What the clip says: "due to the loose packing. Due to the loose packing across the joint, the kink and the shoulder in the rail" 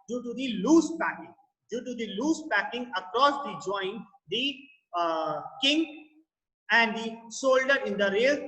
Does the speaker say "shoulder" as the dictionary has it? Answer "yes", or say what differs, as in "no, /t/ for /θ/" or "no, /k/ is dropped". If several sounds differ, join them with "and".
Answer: no, /s/ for /ʃ/